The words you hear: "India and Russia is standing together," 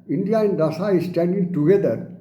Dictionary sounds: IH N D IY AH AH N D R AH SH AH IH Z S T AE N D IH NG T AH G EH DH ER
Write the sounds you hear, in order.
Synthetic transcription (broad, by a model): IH N D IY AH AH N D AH S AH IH S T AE N D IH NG T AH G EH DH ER